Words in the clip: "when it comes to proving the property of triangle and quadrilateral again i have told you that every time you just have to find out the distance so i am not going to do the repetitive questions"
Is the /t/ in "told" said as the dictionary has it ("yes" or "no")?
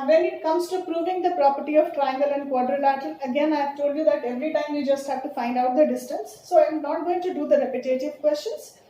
yes